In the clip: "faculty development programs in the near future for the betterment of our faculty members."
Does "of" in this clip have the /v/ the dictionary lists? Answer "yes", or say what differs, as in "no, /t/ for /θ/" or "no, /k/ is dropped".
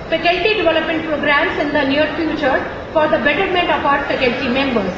no, /p/ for /v/